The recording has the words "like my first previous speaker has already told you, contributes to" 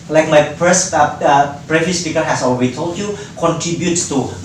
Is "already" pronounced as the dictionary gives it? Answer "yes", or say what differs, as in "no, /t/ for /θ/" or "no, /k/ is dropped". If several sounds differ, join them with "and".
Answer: no, /l/ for /ɹ/